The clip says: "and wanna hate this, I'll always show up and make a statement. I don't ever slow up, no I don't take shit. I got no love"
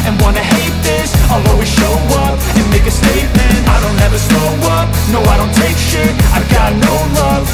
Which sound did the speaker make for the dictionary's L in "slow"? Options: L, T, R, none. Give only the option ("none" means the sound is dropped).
none